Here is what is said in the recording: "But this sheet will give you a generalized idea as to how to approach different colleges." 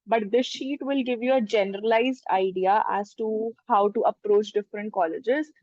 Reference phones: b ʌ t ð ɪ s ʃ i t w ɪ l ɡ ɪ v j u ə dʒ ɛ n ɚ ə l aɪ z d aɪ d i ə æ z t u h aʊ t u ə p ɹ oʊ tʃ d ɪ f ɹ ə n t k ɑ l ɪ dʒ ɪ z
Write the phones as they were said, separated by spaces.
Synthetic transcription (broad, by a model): b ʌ t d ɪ ʃ i t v ɪ l ɡ ɪ v j u ə dʒ ɛ n ɚ ə l aɪ z d aɪ d i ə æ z t u h aʊ t u ə p ɹ oʊ tʃ d ɪ f ɹ ə n t k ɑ l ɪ dʒ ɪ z